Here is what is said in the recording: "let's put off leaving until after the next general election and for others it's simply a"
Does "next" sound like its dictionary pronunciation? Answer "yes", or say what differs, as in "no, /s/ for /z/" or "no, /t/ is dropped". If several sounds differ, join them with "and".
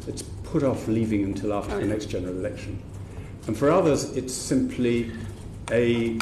yes